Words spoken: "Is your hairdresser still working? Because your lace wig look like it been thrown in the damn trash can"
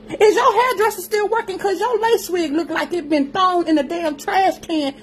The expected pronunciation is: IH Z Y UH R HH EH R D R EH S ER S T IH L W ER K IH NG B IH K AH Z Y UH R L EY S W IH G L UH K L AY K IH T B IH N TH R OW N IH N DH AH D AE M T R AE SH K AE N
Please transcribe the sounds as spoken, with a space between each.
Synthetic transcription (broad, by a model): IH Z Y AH HH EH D R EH S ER S T IH L W ER K IH NG K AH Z Y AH L EY S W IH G L UH K L AY K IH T B IH N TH OW N IH N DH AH D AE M T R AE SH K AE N